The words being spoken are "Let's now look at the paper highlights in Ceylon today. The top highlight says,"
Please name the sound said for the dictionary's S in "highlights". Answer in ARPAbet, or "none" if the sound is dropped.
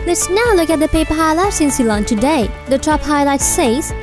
S